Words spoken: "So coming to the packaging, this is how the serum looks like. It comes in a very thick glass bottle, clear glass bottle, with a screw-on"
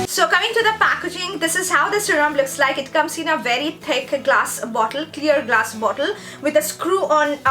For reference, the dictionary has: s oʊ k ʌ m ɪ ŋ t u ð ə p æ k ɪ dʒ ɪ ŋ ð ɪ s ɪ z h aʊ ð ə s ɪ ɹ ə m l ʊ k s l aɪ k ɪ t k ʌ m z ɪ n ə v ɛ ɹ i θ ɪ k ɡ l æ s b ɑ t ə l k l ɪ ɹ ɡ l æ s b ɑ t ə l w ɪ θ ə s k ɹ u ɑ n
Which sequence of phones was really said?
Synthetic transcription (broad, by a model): s oʊ k ʌ m ɪ ŋ t u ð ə p æ k ɪ dʒ ɪ ŋ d ɪ s ɪ z h aʊ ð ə s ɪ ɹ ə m l ʊ k s l aɪ k ɪ t k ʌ m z ɪ n ə v ɛ ɹ i t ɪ k ɡ l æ s b ɑ t ə l k l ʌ ɹ ɡ l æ s b ɑ t ə l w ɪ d ə s k ɹ u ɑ n